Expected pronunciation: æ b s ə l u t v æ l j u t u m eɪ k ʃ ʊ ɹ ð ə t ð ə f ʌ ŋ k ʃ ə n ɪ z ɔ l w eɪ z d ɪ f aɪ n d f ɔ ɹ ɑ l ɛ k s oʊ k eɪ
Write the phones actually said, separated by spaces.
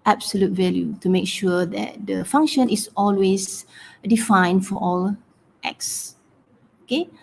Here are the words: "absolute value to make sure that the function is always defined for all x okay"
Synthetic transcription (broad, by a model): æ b s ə l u t v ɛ l j u t u m eɪ k ʃ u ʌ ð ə t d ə f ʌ ŋ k ʃ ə n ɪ s ɔ l w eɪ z d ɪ f aɪ n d f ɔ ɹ ɑ l ɛ k s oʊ k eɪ